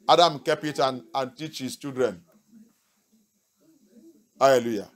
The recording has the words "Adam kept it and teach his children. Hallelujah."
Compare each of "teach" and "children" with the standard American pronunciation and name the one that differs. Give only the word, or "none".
children